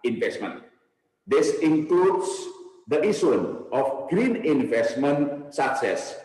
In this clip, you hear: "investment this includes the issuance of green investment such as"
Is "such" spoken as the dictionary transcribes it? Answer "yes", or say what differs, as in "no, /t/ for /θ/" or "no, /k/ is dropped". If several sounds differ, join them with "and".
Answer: no, /s/ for /tʃ/